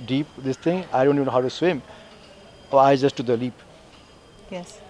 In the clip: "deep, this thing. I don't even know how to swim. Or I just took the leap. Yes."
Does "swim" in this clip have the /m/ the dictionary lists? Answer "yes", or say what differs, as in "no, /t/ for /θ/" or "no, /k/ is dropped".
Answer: yes